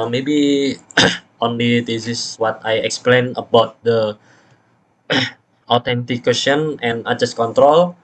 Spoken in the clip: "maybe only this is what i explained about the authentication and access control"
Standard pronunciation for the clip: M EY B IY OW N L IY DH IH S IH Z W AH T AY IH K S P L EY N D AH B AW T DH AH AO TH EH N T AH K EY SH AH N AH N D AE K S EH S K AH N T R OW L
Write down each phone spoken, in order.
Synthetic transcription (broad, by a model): M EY B IY OW N L IY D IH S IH S W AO T AY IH K S P L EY N AH B AW T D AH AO T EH N T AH K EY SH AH N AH N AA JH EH S K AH N T R OW L